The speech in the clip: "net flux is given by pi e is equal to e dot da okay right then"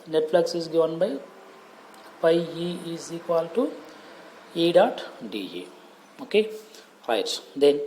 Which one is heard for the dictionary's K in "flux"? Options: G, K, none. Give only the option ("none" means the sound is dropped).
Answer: K